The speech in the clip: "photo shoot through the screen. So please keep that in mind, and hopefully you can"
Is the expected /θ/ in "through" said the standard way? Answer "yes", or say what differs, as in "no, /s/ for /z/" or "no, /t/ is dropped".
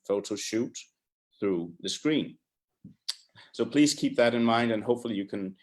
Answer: yes